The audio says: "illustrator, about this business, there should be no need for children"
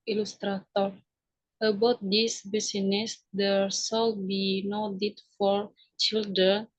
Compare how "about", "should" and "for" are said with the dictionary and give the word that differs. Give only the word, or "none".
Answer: should